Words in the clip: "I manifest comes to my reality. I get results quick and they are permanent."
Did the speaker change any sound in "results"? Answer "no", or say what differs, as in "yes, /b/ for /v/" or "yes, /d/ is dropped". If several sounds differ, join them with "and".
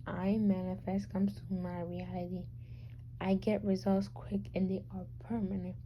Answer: no